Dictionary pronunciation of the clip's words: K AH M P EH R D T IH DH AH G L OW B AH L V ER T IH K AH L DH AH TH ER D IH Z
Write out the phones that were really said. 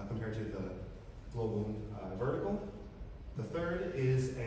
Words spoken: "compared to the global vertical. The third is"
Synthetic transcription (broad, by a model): K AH M P EH R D T IH DH AH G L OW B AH N V ER T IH K L DH AH TH ER D IH Z